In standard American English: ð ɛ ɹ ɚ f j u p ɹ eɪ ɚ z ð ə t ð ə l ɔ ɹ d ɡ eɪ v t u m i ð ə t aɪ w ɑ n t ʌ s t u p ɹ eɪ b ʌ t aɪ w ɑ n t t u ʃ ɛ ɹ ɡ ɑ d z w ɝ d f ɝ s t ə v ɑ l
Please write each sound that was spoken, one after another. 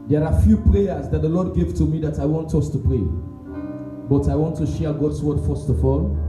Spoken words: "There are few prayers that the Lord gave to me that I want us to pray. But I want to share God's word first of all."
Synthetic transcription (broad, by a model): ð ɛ ɹ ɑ f j u p ɹ eɪ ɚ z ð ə t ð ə l ɔ d ɡ eɪ v t u m i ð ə t aɪ w ɑ n t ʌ s t u p ɹ eɪ b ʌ t aɪ w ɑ n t t u ʃ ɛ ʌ ɡ ɑ d s w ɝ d f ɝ s t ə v ɑ l